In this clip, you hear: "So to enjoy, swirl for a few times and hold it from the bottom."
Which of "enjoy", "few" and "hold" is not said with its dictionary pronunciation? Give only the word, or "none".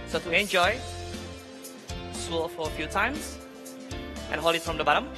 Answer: hold